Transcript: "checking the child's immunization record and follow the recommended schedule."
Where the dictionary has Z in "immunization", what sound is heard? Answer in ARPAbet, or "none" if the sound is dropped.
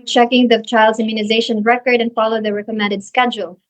Z